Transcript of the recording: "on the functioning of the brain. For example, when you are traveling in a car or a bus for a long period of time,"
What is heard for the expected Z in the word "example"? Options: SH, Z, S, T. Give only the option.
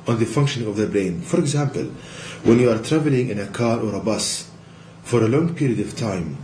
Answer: Z